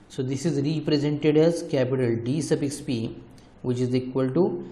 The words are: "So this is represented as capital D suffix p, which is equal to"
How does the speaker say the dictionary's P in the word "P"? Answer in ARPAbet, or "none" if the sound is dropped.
P